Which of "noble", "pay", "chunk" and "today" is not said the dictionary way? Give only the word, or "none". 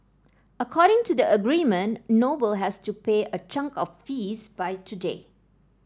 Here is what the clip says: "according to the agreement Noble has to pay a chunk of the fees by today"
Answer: none